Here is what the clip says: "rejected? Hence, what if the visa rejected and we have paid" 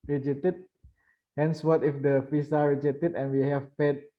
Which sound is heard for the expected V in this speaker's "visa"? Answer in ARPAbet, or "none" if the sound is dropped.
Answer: F